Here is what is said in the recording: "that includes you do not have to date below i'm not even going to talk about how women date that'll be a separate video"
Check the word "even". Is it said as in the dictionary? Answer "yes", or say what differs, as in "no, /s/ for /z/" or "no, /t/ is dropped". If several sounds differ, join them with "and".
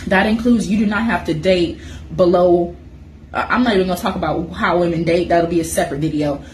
no, /v/ is dropped